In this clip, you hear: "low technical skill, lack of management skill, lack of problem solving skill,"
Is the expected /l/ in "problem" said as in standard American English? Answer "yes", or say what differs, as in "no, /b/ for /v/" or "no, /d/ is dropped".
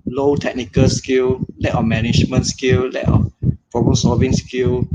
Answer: no, /l/ is dropped